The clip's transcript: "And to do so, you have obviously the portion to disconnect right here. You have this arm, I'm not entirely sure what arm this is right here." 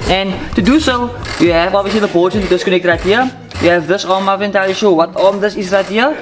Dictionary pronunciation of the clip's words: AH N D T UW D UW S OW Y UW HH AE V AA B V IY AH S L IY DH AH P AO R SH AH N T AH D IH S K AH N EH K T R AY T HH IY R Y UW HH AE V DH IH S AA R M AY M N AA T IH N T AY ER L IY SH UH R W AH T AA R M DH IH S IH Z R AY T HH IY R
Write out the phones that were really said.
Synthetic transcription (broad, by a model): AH N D T UW D UW S OW Y UW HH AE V AA B V IY AH S L IY DH AH B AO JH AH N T D IH S K AH N EH K T R AY T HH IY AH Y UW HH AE V DH IH S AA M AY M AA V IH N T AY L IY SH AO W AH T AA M DH IH S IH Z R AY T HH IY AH